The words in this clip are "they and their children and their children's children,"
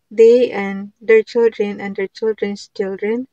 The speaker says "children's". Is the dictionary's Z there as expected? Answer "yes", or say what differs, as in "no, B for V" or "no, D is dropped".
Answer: no, S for Z